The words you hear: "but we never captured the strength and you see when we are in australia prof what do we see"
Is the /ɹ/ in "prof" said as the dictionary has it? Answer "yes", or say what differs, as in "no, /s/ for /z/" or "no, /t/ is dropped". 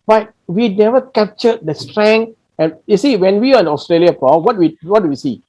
no, /w/ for /ɹ/